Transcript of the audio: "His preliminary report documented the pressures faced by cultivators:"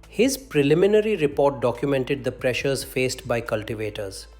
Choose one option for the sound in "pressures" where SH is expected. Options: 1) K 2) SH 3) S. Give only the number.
2